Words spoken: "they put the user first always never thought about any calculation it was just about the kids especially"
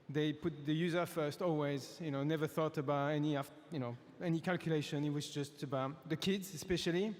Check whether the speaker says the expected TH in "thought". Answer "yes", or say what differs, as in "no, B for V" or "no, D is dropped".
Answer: yes